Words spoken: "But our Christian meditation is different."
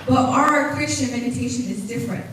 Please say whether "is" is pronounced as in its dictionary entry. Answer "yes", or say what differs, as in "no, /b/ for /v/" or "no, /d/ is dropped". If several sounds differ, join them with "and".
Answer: yes